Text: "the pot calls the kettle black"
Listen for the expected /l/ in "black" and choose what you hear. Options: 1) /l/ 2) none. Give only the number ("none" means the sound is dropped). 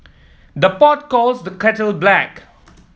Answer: 1